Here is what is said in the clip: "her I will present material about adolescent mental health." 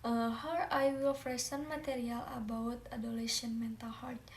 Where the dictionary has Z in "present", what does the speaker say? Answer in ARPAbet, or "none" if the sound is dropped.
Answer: S